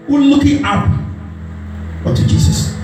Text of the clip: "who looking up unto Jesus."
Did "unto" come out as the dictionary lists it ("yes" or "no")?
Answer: no